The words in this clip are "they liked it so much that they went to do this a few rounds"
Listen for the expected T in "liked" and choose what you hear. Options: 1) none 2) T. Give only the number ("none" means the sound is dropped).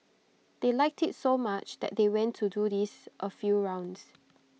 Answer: 2